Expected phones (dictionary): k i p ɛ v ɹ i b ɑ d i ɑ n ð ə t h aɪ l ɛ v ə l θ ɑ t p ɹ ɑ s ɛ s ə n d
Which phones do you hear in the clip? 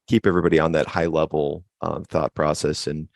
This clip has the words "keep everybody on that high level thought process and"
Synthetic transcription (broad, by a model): k i p ɛ v ɹ i b ɑ d i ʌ n ð ə t h aɪ l ɛ v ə θ ɑ t p ɹ ɑ s ɛ s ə n